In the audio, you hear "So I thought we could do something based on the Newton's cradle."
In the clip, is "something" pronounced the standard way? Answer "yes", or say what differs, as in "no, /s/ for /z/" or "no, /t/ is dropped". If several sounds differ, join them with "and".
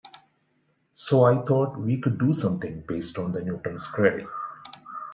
no, /t/ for /θ/